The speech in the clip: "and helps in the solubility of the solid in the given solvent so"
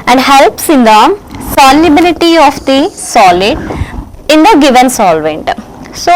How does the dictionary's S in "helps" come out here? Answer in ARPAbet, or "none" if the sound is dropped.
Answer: S